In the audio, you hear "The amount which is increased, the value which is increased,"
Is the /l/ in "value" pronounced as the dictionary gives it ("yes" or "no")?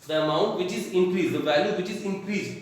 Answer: yes